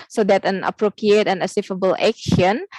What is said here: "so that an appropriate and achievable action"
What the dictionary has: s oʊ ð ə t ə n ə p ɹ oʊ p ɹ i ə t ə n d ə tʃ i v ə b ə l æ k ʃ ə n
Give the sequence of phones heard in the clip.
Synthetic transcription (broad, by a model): s oʊ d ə t ə n ə p ɹ oʊ p ɹ i ə t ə n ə s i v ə b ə l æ k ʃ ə n